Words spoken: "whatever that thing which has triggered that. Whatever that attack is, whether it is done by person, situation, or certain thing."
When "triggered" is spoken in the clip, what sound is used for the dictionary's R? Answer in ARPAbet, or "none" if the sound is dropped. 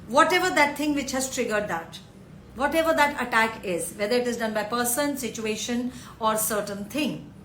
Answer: R